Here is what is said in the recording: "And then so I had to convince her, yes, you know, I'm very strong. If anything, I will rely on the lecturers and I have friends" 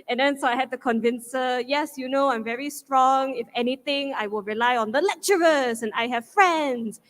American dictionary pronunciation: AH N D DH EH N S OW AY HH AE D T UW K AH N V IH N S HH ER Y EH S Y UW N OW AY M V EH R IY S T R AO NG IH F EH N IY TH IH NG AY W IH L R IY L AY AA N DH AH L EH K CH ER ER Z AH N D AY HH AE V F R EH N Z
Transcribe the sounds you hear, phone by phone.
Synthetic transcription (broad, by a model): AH N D EH N S OW AY HH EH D T UW K AH N V IH N S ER Y EH S Y UW N OW AY M V EH R IY S T R AO NG IH F EH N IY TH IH NG AY W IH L R IY L AY AA N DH AH L EH K CH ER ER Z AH N AY HH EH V F R EH N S